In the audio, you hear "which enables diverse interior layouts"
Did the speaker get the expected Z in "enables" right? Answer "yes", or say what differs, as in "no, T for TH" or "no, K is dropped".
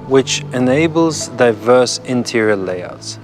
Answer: yes